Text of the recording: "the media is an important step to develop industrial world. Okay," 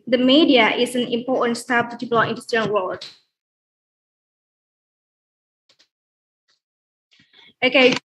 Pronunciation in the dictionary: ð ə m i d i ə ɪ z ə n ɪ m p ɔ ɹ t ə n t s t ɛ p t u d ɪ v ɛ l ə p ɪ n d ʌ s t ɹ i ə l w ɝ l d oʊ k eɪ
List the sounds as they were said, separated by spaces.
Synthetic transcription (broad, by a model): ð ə m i d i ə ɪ s ə n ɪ m p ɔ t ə n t s t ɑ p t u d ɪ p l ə ɪ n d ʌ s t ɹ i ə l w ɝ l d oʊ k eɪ